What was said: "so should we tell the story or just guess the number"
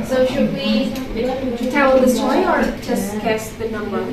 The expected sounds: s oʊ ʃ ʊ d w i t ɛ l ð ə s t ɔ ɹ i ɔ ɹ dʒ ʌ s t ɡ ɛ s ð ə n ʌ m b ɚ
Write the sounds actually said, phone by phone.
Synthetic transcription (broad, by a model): s oʊ ʃ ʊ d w i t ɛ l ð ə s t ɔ i ɔ ɹ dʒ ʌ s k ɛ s ð ə n ʌ m b ɚ